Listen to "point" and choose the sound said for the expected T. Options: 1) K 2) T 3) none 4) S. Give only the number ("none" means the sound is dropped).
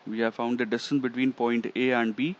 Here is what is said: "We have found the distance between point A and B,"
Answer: 2